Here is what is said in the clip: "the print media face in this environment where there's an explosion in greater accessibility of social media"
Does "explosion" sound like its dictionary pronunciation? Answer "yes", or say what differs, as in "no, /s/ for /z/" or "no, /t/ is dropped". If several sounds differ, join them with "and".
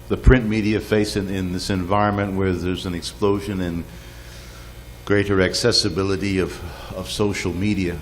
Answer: yes